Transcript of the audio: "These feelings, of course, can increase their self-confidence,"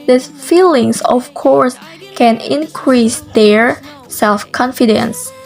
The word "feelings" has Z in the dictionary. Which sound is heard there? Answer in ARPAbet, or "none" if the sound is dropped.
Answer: S